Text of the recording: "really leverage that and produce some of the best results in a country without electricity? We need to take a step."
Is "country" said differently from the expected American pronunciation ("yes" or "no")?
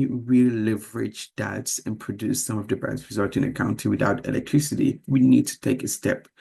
yes